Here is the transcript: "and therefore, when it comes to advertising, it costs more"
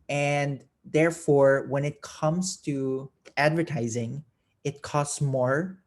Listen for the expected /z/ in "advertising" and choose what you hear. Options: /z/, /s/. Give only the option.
/z/